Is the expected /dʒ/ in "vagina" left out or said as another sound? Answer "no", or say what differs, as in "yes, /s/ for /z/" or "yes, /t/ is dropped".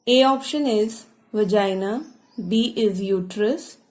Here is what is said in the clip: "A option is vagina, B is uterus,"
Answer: no